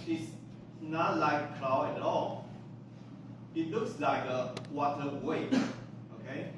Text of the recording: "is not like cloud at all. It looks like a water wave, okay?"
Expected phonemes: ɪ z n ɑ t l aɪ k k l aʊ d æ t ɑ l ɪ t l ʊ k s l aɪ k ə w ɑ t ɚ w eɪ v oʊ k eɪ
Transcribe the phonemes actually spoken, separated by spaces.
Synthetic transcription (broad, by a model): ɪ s n ɑ t l aɪ k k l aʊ ɛ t ɑ l ɪ t l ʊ k s l aɪ k ə w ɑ t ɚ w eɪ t oʊ k eɪ